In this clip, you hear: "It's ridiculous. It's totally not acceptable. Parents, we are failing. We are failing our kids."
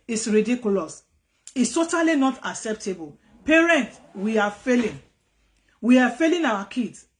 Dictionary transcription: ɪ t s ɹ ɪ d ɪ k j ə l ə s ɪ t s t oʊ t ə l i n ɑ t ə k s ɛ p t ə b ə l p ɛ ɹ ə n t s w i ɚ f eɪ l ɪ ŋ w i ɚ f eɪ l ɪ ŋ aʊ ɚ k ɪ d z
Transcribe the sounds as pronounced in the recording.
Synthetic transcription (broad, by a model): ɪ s ɹ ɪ d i k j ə l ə s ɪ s t oʊ t ə l i n ɑ t ə k s ɛ p t ə b ə l p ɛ ɹ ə n t w i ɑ f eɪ l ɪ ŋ w i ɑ f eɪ l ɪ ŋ aʊ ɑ k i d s